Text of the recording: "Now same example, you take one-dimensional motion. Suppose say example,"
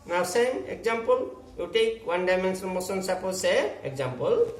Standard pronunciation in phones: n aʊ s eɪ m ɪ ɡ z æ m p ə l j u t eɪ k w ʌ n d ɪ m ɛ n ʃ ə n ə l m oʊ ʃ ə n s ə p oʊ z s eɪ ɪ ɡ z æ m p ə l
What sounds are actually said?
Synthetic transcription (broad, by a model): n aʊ s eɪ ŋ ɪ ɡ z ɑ m p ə l j u t eɪ k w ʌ n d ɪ m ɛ n s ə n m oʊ s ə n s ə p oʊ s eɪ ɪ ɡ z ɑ m p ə l